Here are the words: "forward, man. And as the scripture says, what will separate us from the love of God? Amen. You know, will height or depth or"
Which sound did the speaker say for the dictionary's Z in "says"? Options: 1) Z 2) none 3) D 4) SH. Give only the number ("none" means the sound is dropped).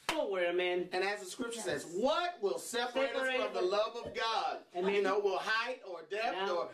1